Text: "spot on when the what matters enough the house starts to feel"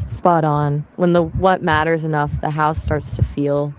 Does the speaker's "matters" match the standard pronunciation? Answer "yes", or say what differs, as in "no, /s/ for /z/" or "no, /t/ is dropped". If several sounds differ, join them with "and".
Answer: yes